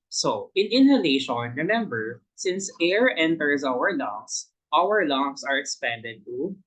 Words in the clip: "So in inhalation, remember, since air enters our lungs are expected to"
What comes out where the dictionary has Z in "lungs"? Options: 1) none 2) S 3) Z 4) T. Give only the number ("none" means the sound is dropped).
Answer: 2